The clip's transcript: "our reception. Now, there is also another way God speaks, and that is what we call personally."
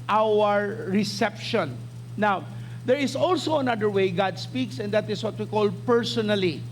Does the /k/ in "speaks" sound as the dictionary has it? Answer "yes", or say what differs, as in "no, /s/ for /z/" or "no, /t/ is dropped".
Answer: yes